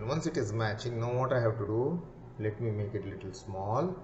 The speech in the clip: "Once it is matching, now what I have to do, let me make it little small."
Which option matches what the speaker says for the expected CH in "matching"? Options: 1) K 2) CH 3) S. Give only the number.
2